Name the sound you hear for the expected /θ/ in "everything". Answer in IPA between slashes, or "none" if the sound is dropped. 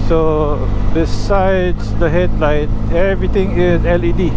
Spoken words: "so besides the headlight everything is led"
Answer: /t/